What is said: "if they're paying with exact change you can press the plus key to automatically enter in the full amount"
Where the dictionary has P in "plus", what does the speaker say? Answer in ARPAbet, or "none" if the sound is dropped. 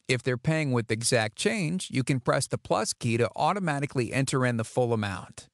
P